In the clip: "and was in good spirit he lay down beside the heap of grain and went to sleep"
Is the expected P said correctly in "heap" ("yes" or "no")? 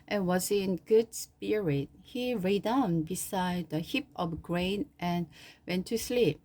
yes